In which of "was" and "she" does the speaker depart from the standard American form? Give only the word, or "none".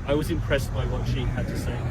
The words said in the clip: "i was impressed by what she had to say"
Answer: none